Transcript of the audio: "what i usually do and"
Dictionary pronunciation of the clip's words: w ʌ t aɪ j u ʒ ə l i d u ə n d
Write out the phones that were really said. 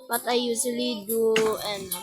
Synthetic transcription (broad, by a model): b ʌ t aɪ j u s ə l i d u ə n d